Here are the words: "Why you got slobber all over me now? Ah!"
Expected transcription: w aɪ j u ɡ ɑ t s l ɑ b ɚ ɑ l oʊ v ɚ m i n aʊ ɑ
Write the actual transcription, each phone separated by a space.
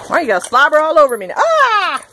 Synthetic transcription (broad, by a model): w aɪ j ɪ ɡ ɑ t s l ɑ b ɚ ɑ l oʊ v ɚ m i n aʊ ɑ